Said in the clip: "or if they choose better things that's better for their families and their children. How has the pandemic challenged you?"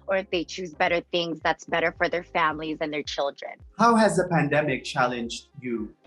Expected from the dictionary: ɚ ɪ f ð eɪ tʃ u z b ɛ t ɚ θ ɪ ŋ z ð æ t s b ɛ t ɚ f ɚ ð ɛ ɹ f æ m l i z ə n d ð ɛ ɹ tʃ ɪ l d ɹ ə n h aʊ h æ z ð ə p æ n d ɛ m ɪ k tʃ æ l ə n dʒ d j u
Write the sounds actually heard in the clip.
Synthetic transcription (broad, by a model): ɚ ɪ f ð eɪ tʃ u z b ɛ t ɚ θ ɪ ŋ z ð æ t s b ɛ t ɚ f ɚ ð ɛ ɹ f æ m l i z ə n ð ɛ ɹ tʃ ɪ l d ɹ ə n h aʊ h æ z ð ə p æ n d ɛ m ɪ k tʃ æ l ə n dʒ d j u